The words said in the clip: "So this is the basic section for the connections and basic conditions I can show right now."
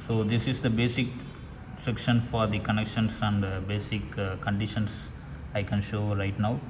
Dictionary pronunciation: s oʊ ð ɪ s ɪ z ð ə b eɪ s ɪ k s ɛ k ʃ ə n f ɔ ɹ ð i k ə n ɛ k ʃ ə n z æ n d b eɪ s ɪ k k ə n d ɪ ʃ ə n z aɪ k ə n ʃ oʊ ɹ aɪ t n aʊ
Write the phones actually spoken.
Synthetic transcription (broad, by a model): s oʊ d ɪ s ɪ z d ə b eɪ s ɪ k s ɛ k ʃ ə n f ɔ ɹ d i k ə n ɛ k ʃ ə n s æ n d b eɪ s ɪ k k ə n d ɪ ʃ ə n s aɪ k ə n ʃ oʊ ɹ aɪ t n aʊ